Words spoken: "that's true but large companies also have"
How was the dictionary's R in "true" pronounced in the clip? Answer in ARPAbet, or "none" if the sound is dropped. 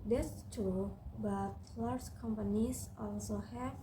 none